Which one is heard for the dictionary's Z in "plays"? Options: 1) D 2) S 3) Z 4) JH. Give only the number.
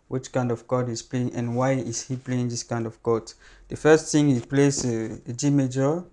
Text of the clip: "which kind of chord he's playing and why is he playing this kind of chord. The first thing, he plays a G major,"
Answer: 2